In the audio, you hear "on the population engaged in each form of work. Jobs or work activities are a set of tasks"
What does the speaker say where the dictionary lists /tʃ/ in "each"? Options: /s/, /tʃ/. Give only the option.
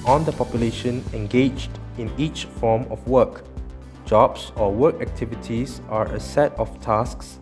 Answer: /tʃ/